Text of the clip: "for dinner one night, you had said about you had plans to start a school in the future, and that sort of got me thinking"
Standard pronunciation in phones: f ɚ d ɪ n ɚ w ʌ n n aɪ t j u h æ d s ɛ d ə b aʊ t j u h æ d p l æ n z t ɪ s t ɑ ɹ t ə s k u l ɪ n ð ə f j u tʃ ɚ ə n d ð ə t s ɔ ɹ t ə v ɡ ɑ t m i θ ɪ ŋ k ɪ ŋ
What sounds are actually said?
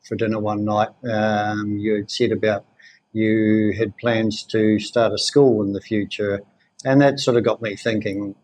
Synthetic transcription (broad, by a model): f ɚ d ɪ n ɚ w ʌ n n aɪ t j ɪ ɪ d s ɛ d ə b aʊ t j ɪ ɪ d p l æ n z t ɪ s t ɑ ɹ t ə s k u l ɪ n ð ə f j u tʃ ɚ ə n ð ə t s ɔ ɹ t ə v ɡ ɑ t m i θ ɪ ŋ k ɪ ŋ